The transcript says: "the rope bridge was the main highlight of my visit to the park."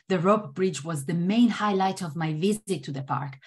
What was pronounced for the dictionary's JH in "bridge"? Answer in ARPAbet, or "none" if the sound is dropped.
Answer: JH